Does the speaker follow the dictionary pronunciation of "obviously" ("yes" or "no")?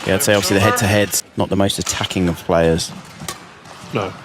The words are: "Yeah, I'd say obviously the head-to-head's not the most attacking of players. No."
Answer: no